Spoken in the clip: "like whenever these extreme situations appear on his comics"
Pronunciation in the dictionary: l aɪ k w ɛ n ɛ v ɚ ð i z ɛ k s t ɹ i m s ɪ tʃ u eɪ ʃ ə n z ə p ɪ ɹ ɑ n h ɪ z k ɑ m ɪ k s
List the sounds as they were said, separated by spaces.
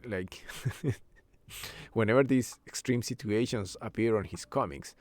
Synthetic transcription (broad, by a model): l aɪ k w ɛ n ɛ v ɚ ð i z ɛ k s t ɹ i m s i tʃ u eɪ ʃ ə n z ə p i ɹ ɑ n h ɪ s k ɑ m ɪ k s